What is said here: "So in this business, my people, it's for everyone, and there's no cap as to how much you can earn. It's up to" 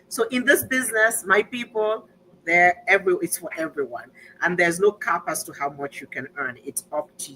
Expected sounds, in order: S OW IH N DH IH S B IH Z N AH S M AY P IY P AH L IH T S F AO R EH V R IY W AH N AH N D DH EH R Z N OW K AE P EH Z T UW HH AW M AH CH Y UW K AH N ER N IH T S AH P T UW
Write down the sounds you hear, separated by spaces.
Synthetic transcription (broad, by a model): S OW IH N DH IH S B IH Z N AH S M AY P IY P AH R IH T S F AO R EH V R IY W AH N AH N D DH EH R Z N OW K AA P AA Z T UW HH AW M AH CH Y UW K AH N ER N IH T S AH P T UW